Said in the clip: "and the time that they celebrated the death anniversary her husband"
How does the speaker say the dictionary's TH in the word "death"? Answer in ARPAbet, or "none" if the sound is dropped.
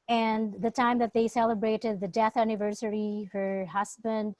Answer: TH